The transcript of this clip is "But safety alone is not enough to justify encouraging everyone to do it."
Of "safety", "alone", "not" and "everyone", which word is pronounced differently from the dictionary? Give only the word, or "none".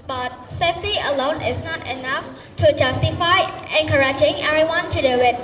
everyone